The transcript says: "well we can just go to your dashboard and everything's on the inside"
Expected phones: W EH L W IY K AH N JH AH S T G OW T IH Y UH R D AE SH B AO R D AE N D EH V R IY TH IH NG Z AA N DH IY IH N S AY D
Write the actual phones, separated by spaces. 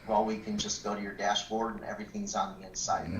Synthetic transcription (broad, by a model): W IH L W IY K AH N JH AH S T G OW T IH Y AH R D AE SH B AO R D N EH V R IY TH IH NG Z N DH IY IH N S AY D